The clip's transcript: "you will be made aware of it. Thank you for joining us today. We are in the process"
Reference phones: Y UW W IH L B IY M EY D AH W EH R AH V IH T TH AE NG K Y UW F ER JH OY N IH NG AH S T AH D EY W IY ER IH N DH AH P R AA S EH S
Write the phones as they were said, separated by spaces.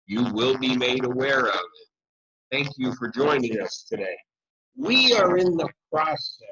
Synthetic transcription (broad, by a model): Y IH W IH L B IY M EY D AH W EH R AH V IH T TH AE NG K Y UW F ER JH OY N IH NG AH S T AH D EY W IY ER IH N DH AH P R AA S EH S